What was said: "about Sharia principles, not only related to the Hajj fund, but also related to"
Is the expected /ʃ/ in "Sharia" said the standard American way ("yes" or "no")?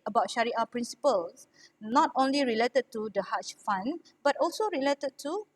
yes